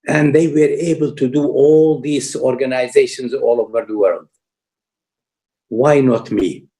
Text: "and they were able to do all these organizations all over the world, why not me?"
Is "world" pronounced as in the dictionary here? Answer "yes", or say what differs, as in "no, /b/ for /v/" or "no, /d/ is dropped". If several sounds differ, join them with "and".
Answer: yes